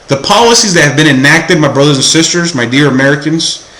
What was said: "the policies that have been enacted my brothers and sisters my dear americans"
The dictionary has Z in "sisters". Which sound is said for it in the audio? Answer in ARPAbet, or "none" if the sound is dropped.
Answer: Z